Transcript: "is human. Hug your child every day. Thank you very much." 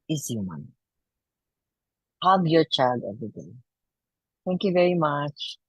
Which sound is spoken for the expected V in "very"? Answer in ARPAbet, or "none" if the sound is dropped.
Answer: V